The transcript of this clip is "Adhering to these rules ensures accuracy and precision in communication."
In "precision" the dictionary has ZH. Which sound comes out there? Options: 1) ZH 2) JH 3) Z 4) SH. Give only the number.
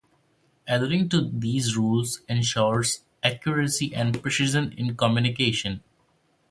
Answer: 3